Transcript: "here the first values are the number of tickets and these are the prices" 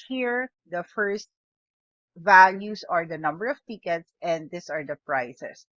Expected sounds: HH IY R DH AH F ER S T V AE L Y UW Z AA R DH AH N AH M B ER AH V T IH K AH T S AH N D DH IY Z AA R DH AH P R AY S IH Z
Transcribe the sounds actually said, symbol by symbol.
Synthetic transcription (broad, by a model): HH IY R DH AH F ER S T V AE L Y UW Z AA R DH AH N AH M B ER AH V T IH K AH T S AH N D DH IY S AA R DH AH P R AY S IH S